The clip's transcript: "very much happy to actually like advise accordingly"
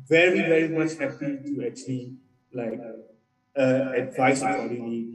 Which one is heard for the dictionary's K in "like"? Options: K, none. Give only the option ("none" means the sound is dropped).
K